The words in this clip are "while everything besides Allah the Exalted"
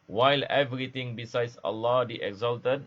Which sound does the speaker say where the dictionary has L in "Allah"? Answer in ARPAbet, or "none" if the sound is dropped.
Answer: L